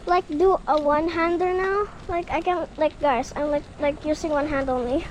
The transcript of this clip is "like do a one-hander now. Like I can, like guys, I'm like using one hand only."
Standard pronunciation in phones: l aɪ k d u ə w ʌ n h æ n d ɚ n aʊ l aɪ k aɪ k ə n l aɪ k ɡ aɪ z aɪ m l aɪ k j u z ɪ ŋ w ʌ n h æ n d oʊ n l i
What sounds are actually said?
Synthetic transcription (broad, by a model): l aɪ k d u ə w ʌ n h æ n d ɚ n aʊ l aɪ k aɪ k ə n l aɪ k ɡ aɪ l aɪ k l aɪ k j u s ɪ ŋ w ʌ n h æ n d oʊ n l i